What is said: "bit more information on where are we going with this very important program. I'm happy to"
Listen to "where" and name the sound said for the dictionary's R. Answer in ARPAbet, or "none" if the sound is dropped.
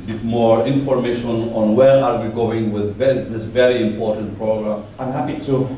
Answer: R